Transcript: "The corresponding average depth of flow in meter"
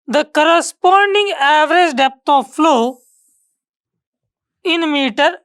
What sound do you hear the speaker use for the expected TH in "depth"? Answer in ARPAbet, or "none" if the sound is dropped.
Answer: T